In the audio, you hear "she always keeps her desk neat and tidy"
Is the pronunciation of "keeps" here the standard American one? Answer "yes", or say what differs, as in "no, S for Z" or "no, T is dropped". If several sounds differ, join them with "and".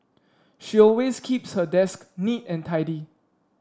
yes